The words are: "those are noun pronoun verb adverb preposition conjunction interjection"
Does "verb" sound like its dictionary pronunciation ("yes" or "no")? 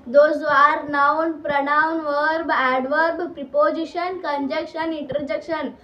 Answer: yes